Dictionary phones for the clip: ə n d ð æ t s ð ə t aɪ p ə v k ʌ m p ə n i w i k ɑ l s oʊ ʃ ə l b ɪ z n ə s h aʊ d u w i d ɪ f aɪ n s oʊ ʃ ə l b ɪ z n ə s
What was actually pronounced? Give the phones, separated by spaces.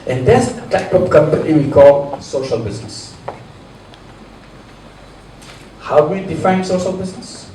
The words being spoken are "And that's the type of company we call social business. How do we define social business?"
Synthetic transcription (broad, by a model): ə n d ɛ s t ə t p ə p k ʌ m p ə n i w i k ɑ l s oʊ ʃ ə l b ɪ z n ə s h aʊ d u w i d ɪ f aɪ n s oʊ ʃ ə l b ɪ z n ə s